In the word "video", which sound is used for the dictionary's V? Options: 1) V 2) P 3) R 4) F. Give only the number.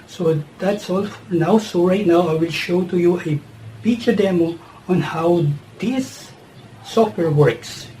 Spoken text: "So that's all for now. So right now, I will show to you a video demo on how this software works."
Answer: 4